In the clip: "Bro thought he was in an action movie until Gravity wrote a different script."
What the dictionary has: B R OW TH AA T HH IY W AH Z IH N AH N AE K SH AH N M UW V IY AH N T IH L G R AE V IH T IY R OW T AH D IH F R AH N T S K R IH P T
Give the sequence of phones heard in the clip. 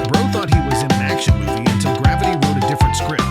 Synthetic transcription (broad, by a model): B R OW TH AA T HH IY W AH Z IH N AH N AE K SH AH N M UW V IY AH N T IH L G R AE V IH T IY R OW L AH D IH F R AH N T S K R IH P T